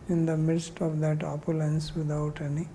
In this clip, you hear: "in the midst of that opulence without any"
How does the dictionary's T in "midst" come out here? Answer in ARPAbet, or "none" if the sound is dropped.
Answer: T